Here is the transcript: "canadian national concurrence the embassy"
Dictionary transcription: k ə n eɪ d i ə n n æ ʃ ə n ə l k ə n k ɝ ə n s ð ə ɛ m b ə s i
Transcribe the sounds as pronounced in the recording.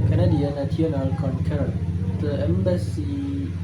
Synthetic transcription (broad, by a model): k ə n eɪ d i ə n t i ə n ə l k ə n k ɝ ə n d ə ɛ m b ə s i